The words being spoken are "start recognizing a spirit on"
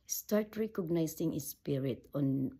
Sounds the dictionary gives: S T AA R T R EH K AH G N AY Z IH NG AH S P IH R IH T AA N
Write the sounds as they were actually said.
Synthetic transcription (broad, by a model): S T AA R T R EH K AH G N AY S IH NG AH S P IH R IH T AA N